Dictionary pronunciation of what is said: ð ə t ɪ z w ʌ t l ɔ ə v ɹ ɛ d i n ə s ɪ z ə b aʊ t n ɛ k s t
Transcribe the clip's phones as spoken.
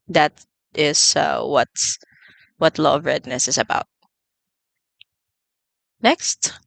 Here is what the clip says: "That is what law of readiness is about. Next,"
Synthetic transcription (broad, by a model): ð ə t ɪ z w ʌ t w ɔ ə v ɹ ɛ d n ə s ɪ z ə b aʊ t n ɛ k s t